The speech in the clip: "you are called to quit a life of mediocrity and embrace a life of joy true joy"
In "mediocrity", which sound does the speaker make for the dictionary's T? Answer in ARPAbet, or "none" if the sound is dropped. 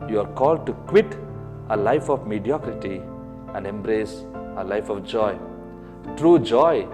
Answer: T